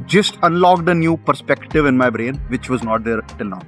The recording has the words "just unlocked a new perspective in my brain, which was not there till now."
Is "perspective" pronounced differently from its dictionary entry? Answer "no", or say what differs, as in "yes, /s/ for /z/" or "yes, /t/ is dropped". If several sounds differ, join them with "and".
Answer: no